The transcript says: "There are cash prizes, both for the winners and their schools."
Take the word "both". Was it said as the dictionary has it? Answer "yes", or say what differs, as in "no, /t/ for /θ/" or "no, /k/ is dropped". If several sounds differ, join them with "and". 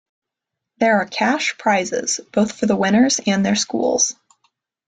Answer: yes